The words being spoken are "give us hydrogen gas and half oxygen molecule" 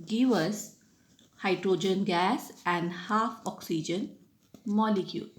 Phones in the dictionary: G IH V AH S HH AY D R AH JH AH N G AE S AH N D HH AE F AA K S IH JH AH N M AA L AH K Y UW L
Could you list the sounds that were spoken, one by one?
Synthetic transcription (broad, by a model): G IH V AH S HH AY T R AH JH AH N G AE S AH N D HH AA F AA K S IH JH AH N M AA L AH K Y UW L